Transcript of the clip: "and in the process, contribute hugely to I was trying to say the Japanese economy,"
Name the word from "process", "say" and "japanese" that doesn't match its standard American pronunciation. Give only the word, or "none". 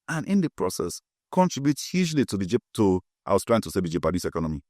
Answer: japanese